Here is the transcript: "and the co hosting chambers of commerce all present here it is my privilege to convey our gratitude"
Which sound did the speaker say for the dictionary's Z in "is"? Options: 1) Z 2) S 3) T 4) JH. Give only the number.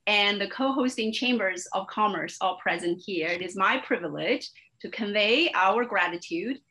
1